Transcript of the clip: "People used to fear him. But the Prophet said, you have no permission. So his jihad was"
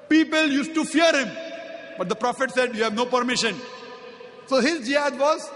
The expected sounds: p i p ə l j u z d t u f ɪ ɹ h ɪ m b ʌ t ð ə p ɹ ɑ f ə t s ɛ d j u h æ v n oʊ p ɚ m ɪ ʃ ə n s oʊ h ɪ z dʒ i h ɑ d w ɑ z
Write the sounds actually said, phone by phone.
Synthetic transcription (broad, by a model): p i p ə l j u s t t u f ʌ ɹ h ɪ m b ʌ t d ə p ɹ ɑ f ə t s ɛ d j u h æ v n oʊ p ɚ m ɪ ʃ ə n s oʊ h ɪ z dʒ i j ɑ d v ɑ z